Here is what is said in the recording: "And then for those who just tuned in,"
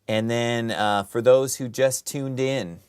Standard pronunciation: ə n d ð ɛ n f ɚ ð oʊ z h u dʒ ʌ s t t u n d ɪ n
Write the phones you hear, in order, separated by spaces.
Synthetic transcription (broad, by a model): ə n ð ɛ n f ɚ ð oʊ z h u dʒ ʌ s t t u n d ɪ n